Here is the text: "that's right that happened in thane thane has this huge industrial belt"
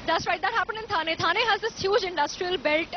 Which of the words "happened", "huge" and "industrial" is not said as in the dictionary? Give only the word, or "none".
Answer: happened